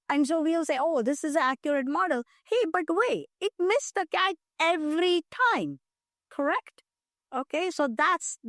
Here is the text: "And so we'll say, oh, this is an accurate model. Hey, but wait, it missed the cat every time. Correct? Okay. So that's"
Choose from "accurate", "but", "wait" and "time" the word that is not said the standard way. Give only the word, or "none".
wait